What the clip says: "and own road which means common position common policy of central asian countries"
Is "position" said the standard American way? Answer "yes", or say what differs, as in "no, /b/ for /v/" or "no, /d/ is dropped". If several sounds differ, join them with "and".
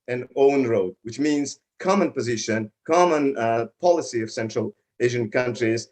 yes